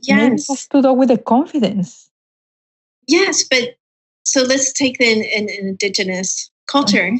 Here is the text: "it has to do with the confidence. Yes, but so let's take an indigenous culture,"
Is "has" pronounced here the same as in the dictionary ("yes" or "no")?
no